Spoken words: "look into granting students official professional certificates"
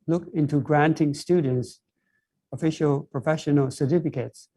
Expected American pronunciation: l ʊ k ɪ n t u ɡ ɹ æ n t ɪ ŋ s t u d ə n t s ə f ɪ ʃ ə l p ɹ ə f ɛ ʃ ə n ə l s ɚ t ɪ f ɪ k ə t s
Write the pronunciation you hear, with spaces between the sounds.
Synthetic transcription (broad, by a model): l ʊ k ɪ n t u ɡ ɹ æ n t ɪ ŋ s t u d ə n t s ə f ɪ ʃ ə l p ɹ ə f ɛ ʃ ə n ə l s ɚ t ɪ f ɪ k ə t s